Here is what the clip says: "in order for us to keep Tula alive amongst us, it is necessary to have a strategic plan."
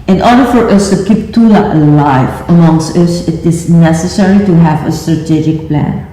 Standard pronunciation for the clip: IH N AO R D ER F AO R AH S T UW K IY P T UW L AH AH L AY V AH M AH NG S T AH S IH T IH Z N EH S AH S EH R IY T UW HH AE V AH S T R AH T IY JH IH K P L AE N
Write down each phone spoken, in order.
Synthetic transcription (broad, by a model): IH N AO R D ER F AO R AH S T UW K IY P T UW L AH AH L AY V AH M AH NG S T AH S IH T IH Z N EH S AH S EH R IY T UW HH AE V AH S T R AH T IY JH IH K P L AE N